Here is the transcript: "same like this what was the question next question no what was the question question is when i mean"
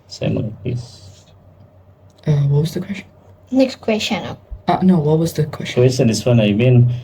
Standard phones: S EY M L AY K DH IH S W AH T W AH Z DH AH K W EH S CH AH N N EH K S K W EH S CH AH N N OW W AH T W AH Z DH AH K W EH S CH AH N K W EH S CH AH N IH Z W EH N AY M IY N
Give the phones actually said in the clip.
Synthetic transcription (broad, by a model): S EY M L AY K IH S W AH T W AH Z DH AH K W EH S CH AH N N EH K S K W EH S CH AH N N OW W AH T W AH Z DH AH K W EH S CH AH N K W EH S CH AH N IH S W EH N AY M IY N